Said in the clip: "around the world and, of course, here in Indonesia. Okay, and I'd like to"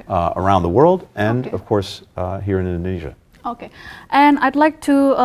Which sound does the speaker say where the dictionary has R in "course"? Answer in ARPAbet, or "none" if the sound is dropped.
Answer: R